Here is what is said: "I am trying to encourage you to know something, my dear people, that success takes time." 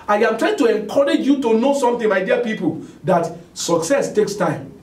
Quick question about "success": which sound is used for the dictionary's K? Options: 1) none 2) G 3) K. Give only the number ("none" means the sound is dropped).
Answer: 3